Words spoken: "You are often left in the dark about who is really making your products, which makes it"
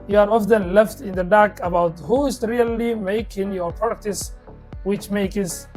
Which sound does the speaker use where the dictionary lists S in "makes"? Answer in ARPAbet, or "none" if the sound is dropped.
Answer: none